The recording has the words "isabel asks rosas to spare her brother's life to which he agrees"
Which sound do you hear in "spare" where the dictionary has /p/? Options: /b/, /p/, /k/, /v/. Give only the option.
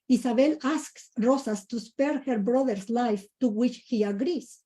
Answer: /p/